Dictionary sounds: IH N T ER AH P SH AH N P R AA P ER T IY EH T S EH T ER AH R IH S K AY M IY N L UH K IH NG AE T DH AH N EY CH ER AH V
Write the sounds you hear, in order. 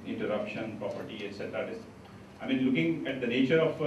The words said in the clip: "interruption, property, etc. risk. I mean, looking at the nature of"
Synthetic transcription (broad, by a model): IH N T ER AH P SH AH N P R AA P ER T IY EH T S EH T ER AH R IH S AY M IY N L UH K IH NG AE T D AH N EY CH ER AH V